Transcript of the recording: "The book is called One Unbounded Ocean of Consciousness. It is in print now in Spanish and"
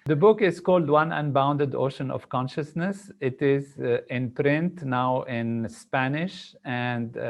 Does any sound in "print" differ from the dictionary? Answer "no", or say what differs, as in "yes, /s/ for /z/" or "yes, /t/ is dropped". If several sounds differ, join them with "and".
no